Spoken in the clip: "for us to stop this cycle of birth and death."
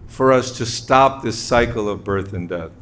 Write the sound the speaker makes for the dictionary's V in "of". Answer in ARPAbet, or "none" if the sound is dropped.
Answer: V